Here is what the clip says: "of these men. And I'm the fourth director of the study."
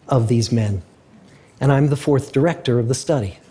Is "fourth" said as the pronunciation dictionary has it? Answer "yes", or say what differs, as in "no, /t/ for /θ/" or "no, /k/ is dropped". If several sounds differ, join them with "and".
yes